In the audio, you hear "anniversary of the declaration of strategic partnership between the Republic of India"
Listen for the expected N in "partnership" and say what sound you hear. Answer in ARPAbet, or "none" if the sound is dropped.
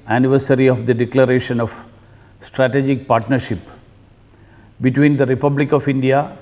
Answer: N